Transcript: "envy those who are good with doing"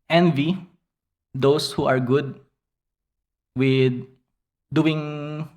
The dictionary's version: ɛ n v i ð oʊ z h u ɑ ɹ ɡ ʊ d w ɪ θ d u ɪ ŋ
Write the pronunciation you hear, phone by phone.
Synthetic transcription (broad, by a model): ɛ n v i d oʊ s h u ɑ ɹ ɡ ʊ d w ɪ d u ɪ ŋ